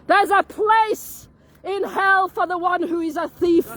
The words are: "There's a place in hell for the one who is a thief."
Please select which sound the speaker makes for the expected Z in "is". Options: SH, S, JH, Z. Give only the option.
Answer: Z